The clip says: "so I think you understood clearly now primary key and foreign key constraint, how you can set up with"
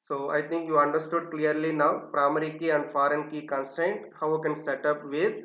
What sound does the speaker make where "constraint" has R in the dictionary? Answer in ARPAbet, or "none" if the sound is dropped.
none